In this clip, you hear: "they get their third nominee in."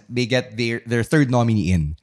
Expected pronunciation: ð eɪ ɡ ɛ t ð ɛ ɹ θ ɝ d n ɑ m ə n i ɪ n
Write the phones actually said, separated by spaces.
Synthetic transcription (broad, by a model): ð eɪ ɡ ɛ t ð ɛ ɹ θ ɝ d n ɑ m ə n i ɪ n